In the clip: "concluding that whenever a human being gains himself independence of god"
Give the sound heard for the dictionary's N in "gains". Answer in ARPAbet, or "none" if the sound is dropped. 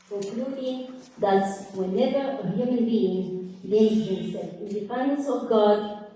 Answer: none